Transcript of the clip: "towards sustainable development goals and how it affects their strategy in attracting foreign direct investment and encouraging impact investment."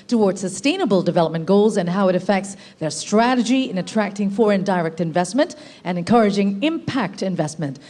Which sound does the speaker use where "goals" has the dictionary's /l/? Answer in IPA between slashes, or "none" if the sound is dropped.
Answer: /l/